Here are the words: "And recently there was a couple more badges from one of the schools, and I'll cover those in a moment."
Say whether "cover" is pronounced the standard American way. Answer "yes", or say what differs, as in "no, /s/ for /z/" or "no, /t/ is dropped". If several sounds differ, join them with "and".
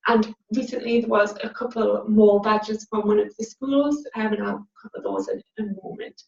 no, /p/ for /v/